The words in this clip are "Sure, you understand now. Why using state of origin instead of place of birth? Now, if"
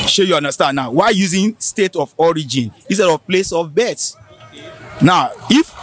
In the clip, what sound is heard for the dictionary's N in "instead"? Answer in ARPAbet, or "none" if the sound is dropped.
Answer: none